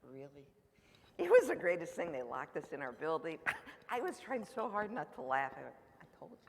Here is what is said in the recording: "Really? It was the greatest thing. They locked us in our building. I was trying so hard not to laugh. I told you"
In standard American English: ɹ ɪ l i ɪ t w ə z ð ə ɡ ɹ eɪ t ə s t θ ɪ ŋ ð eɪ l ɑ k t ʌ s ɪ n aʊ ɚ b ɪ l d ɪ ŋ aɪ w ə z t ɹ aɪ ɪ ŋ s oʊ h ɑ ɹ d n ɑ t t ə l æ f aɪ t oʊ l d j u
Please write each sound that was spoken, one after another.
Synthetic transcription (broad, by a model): ɹ ɪ l i ɪ t w ə z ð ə ɡ ɹ eɪ t ə s t θ ɪ ŋ ð eɪ l ɑ k t ʌ s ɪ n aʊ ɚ b ɪ l d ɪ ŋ aɪ w ə z t ɹ aɪ ɪ ŋ s oʊ h ɑ ɹ d n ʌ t t ə l æ f aɪ t oʊ l d